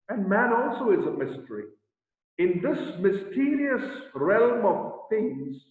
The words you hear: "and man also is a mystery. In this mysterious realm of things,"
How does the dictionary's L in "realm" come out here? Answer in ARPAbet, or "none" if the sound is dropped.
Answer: L